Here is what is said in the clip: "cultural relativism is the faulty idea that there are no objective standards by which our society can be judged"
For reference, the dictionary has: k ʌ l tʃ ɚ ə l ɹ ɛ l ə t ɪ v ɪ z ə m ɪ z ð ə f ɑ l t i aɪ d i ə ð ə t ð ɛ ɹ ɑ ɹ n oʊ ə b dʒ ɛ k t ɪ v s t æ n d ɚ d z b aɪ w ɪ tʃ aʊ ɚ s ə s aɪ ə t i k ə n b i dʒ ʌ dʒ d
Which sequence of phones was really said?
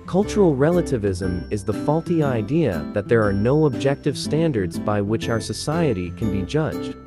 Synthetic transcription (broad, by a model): k ʌ l tʃ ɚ l ɹ ɛ l ə t ɪ v ɪ z ə m ɪ z ð ə f ɑ l t i aɪ d i ə ð ə t ð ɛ ɹ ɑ ɹ n oʊ ə b dʒ ɛ k t ɪ v s t æ n d ɚ d z b aɪ w ɪ tʃ aʊ ɚ s ə s aɪ ə t i k ə n b i dʒ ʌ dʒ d